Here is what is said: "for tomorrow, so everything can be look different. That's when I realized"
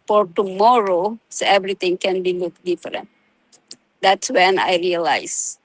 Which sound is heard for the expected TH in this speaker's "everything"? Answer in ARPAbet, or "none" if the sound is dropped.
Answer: T